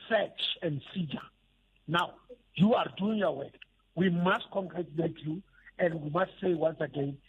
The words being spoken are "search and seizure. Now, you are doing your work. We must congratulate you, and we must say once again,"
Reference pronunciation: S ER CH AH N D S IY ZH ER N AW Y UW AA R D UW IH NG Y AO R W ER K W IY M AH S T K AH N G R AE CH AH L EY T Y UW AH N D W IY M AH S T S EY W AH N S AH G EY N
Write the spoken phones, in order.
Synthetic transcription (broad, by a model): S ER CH AH N D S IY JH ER N AW Y UW AA R D UW IH NG Y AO W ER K W IY M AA S T K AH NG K R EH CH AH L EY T Y UW AH N D W IY M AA S T S EY W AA N S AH G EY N